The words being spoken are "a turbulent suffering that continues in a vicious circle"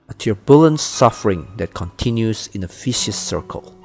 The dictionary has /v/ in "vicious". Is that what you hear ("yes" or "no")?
no